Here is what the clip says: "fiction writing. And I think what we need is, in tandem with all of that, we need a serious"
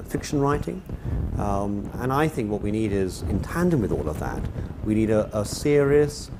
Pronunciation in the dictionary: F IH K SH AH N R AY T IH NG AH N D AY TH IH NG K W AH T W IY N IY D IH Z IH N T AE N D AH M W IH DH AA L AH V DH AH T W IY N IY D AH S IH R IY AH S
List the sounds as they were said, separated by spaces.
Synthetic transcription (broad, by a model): F IH K SH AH N R AY T IH NG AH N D AY TH IH NG K W AH T W IY N IY D IH Z IH N T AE N D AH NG W IH DH AA L AH V DH AH T W IY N IY D AH S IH R IY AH S